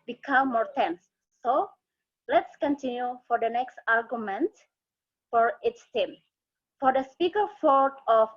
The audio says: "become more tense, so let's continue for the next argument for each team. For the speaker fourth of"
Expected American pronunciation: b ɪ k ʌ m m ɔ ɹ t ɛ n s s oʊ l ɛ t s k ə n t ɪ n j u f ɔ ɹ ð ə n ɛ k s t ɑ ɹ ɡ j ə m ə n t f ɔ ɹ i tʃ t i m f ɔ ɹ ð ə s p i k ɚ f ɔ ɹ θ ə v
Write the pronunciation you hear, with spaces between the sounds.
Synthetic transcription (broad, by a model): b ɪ k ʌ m m ɔ ɹ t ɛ n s s oʊ l ɛ t s k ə n t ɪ n j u f ɔ ɹ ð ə n ɛ k s t ɑ ɹ ɡ j ə m ə n t f ɔ ɹ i s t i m f ɔ ɹ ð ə s p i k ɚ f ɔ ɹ t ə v